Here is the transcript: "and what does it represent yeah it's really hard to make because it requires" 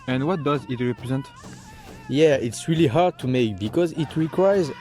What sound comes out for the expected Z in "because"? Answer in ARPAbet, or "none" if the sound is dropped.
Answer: Z